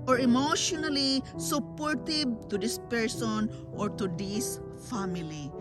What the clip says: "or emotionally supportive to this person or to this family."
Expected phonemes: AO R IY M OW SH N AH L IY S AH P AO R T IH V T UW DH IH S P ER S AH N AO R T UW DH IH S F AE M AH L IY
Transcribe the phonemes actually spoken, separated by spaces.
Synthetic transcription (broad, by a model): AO R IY M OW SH N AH L IY S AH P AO R T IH B T UW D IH S P ER S AH N AO R T UW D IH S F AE M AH L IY